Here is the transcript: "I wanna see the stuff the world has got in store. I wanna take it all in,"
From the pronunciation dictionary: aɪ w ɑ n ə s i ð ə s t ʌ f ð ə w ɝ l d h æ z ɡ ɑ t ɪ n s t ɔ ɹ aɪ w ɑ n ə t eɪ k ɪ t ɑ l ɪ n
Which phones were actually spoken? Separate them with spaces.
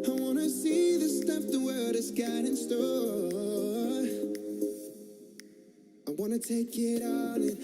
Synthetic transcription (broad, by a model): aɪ w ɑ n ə s i ð ə s t ʌ f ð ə w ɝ d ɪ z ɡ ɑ t ɪ n s t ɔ l aɪ w ɑ n ə t eɪ k ɪ t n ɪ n